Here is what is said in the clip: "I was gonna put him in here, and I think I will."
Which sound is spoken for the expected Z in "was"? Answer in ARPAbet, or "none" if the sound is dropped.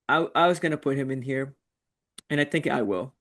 Z